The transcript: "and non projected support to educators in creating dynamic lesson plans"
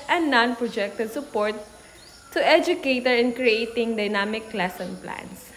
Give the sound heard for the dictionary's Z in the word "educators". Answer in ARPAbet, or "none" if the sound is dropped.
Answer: none